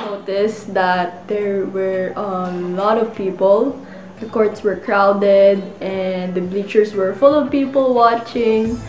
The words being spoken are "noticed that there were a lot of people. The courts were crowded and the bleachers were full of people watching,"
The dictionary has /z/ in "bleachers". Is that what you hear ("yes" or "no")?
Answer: no